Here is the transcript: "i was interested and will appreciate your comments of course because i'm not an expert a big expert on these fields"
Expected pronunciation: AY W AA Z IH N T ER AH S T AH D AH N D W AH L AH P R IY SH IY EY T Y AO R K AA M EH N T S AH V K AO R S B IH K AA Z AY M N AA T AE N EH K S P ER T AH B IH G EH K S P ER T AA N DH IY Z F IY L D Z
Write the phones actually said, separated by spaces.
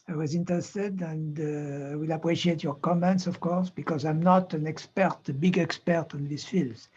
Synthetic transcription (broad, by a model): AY W AA Z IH N T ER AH S T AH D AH N D W AH L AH P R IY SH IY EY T Y AO R K AA M EH N T S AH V K AO R S B IH K AA Z AY M N AA T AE N EH K S P ER T AH B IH G EH K S P ER T AA N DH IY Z F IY L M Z